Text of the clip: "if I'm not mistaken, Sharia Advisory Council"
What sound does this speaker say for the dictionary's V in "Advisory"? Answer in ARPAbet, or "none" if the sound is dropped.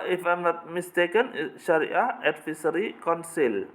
F